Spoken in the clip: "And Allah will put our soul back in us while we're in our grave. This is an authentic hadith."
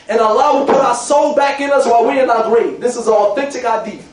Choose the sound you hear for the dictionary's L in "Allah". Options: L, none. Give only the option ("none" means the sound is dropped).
none